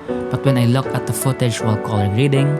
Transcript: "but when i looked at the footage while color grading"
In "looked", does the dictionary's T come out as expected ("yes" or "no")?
no